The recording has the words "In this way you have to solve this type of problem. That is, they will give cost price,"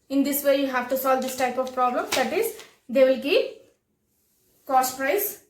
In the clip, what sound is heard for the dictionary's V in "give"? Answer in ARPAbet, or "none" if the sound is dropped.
P